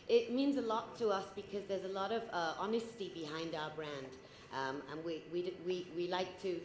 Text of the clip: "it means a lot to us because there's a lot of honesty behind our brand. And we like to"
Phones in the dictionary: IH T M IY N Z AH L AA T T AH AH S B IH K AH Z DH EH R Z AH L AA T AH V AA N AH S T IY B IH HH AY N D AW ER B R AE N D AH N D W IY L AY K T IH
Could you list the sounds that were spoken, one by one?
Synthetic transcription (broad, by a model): IH T M IY N Z AH L AA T T AH AH S B IH K AH Z DH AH R Z AH L AA T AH V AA N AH S T IY B IH HH AY N D AW ER B R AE N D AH N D W IY L AY K T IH